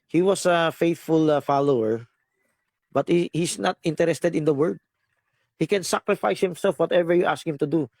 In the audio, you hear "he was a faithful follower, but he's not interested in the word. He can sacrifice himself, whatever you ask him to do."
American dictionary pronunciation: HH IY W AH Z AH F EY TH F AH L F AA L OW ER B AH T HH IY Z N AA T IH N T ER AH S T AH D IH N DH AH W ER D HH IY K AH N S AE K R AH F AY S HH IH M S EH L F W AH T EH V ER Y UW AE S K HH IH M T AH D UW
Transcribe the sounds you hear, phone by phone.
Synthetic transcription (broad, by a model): HH IY W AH S AH F EY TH F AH L F AA L OW ER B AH T HH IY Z N AA T IH N T ER AH S T AH D IH N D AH W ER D HH IY K AH N S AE K R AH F AY S HH IH M S EH L F W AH T EH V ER Y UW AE S K HH IH M T AH D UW